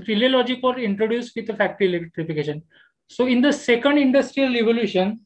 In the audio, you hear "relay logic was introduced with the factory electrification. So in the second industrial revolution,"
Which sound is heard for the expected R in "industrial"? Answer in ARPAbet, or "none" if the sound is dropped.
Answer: R